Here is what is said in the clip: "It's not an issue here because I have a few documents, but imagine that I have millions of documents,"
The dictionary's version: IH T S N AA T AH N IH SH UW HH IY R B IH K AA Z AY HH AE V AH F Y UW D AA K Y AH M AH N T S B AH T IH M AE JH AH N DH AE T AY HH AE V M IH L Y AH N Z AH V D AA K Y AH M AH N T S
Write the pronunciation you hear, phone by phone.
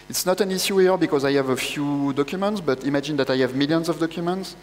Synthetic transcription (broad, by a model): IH T S N AA T AH N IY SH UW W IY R B IH K AA Z AY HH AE V AH F Y UW D AA K Y AH M AH N T S B AH T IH M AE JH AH N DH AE T AY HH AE V M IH L Y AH N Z AH V D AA K Y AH M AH N T S